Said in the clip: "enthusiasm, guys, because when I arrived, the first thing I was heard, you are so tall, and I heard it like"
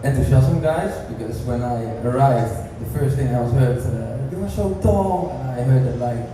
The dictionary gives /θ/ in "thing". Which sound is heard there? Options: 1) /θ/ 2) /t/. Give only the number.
1